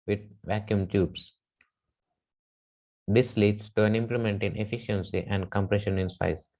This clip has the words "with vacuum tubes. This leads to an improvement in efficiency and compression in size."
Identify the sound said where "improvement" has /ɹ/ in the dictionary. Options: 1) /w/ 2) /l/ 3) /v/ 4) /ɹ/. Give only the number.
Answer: 2